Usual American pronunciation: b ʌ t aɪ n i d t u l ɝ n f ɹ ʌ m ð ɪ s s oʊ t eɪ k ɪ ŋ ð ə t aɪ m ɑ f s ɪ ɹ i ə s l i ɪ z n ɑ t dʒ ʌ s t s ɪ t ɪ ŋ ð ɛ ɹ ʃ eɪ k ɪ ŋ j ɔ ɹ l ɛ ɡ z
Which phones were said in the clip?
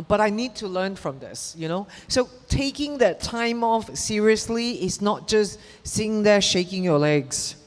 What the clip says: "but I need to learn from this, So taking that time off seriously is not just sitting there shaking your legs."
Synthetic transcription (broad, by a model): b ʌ t aɪ n i d t u l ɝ n f ɹ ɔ m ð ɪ s s oʊ t eɪ k ɪ ŋ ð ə t aɪ m ɑ f s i ɹ i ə s l i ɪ s n ɑ t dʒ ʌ s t s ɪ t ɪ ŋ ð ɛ ʃ eɪ k ɪ ŋ j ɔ l ɛ ɡ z